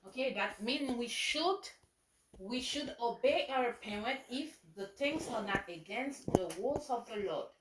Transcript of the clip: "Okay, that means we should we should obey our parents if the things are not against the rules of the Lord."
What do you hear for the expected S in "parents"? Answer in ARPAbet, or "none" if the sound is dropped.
none